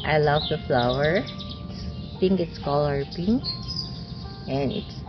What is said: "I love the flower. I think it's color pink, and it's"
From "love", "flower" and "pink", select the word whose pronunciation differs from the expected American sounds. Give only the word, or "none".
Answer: pink